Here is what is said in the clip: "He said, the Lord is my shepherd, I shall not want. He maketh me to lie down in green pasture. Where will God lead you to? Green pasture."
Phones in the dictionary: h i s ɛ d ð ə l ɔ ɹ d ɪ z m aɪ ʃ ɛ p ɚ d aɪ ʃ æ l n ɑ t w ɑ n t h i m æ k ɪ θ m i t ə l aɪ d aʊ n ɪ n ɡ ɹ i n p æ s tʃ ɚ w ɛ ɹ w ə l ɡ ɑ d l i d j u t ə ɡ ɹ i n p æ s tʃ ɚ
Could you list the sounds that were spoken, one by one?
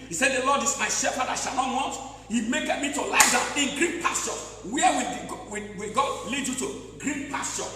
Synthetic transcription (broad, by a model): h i s ɛ d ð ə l ɔ d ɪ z m aɪ ʃ ɛ p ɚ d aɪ ʃ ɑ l n ɑ t w ɑ n t h i m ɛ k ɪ t m i t ə l aɪ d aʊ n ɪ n ɡ ɹ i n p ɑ s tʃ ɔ w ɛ w w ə w ɡ ɑ d l i d j u t ə ɡ ɹ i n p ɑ s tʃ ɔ